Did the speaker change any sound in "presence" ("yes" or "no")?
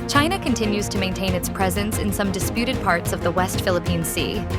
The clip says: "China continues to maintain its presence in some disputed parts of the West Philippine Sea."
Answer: no